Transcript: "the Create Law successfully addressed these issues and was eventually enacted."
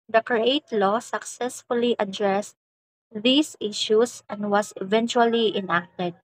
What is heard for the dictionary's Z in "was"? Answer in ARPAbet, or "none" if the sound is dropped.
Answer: S